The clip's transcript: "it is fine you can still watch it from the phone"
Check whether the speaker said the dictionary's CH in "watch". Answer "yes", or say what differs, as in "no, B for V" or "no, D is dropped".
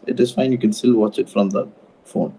yes